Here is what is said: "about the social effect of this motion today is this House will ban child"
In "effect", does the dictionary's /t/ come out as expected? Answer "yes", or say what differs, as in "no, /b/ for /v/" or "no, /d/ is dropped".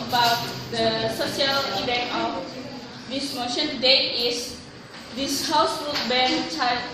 no, /t/ is dropped